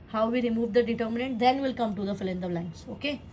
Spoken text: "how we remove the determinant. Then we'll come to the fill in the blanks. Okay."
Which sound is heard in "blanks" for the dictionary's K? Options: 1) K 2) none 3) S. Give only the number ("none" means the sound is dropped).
2